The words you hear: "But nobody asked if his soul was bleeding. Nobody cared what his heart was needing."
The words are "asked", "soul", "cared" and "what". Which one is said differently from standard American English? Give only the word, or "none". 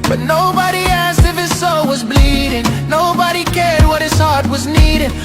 none